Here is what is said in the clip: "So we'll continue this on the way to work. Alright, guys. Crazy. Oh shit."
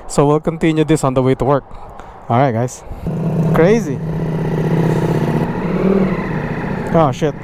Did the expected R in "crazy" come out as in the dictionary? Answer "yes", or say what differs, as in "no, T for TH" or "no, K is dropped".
yes